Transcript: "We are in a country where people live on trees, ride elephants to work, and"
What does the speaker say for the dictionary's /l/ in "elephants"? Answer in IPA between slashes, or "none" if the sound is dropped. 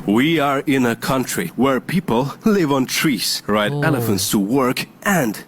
/l/